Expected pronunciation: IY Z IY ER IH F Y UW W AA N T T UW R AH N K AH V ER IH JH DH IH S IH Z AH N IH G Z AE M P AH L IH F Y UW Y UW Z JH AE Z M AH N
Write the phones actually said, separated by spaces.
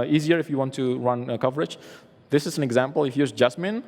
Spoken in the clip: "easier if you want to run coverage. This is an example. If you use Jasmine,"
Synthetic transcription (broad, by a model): IY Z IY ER IH F Y UW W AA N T T UW R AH N K AH V ER IH JH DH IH S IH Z AH N IH G Z AE M P AH L IH F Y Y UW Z JH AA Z M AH N